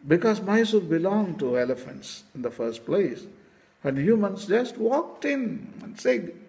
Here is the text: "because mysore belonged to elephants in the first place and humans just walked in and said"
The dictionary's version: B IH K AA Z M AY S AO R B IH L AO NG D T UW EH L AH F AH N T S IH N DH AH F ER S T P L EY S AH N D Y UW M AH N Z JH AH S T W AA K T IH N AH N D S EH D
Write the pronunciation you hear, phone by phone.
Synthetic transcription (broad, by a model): B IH K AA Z M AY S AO L B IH L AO NG T UW EH L AH F AH N T S IH N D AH F ER S T P L EY S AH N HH Y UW M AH N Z JH AH S T W AA K T IH N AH N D S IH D